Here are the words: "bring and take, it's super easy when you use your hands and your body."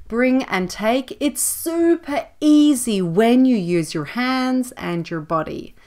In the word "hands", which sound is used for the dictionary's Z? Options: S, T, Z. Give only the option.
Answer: Z